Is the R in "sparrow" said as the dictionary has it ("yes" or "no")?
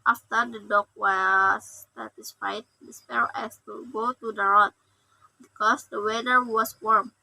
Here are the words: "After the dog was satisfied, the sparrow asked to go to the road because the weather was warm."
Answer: no